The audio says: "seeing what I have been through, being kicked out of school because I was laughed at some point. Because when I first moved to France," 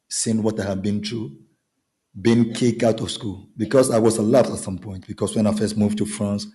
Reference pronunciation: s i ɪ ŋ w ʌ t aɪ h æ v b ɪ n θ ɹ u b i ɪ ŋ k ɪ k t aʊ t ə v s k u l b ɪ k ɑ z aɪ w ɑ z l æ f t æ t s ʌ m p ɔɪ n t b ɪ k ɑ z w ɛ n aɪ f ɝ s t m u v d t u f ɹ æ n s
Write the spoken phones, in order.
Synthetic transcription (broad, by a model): s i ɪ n w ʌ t aɪ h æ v b ɪ n t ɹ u b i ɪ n k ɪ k aʊ t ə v s k u l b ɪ k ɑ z aɪ w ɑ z l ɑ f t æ t s ʌ m p ɔɪ n t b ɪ k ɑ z w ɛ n aɪ f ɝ s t m u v t u f ɹ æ n s